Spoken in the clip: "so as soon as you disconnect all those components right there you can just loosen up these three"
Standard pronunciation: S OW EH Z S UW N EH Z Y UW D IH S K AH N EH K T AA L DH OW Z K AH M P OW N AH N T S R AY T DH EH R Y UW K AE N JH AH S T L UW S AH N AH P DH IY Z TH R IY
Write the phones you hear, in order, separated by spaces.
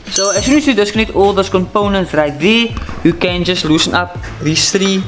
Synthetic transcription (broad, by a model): S OW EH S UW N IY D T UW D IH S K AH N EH T AA L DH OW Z K AH M P OW N AH N T S R AY T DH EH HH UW K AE N JH AH S T L UW S AH N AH P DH IY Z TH R IY